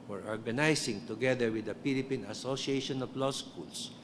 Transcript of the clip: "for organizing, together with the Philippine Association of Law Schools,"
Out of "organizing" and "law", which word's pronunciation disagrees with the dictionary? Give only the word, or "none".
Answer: organizing